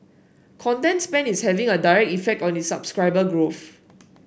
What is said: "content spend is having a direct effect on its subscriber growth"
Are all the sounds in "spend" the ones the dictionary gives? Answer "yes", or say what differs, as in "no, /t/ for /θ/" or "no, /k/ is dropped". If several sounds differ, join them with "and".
no, /d/ is dropped